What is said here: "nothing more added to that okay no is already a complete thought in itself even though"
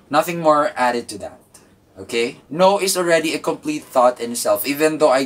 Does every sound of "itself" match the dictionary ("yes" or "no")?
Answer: yes